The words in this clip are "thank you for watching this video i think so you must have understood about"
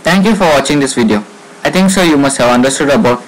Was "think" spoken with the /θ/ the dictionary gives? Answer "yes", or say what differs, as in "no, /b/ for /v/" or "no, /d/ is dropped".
no, /t/ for /θ/